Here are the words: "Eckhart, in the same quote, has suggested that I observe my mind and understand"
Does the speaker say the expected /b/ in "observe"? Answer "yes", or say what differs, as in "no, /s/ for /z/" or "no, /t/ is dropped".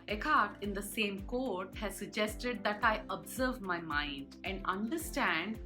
yes